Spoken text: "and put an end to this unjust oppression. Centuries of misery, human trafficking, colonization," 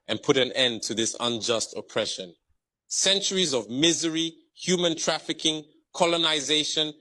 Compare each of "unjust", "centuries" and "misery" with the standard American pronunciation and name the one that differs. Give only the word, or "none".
none